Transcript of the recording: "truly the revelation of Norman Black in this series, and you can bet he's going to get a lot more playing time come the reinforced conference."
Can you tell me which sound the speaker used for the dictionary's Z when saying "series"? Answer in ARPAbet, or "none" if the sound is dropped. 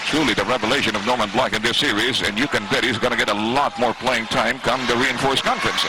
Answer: Z